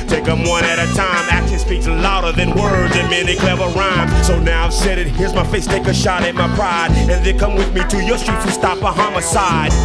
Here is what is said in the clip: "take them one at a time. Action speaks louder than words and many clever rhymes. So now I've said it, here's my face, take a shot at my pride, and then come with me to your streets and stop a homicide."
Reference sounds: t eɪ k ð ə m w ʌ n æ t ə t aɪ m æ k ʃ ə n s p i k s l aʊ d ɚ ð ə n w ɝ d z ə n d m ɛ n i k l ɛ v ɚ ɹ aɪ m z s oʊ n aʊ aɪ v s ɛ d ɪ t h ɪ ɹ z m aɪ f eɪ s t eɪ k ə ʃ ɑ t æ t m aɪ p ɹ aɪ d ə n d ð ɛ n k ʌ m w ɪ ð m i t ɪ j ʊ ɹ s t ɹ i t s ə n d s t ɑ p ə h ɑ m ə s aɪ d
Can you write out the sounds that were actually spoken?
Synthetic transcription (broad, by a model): t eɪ k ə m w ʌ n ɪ t ə t aɪ m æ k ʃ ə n s p i k s l aʊ d ɚ ð ə n w ɝ d z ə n m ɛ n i k l ɛ v ɚ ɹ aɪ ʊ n s oʊ n aʊ aɪ v s ɛ d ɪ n h ɪ ɹ z m aɪ f eɪ s t eɪ k ə ʃ ɑ t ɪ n m aɪ p ɹ aɪ d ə n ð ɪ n k ʌ m w ɪ ð m i t ɪ j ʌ ɹ s t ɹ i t ə s t ɑ p ə h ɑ m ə s aɪ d